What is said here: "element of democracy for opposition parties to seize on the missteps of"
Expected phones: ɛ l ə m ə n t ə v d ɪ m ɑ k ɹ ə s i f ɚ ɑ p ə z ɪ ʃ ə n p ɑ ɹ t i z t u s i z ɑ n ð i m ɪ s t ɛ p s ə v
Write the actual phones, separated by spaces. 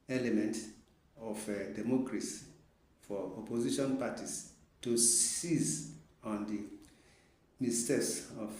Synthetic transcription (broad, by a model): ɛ l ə m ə n t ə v d ɪ m ɑ k ɹ ə s i f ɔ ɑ p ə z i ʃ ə n p ɑ t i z t u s i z ɑ n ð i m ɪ s t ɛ s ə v